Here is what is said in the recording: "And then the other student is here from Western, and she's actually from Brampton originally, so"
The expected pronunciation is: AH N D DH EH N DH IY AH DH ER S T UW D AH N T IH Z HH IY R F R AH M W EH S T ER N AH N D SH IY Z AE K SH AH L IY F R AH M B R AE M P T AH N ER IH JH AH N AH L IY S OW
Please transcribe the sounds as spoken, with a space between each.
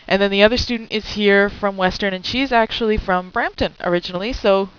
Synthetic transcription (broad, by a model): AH N DH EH N DH IY AH DH ER S T UW D N T IH Z HH IY R F R AH M W EH S T ER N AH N SH IY Z AE K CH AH L IY F R AH M B R AE M P T AH N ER IH JH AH N L IY S OW